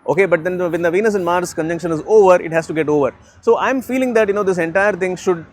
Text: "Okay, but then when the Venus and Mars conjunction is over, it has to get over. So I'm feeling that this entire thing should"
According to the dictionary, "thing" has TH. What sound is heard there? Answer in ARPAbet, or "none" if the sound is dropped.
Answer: T